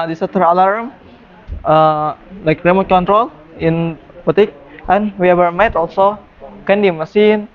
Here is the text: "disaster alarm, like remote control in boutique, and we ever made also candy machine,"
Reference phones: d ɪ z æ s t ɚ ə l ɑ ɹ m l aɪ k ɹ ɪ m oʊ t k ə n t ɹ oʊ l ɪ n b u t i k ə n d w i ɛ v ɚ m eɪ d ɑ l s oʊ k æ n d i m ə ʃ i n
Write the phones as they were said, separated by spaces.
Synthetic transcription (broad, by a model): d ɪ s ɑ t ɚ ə l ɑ ɹ m l aɪ k ɹ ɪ m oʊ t k ə n t ɹ oʊ l ɪ n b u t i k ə n w i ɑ b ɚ m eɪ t ɑ l s oʊ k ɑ n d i m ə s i n